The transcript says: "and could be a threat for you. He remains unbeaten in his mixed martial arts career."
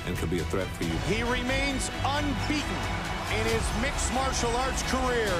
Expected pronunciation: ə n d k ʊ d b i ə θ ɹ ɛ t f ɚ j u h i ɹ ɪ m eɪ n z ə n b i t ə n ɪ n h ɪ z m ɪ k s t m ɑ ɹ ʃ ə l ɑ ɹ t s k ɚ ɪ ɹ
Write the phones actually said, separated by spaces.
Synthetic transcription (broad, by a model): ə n k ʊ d b i ə θ ɹ ɛ t f ɚ j u h i ɹ ɪ m eɪ n z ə n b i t n ɪ n ɪ z m ɪ k s m ɑ ɹ ʃ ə l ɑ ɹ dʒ k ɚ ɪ ɹ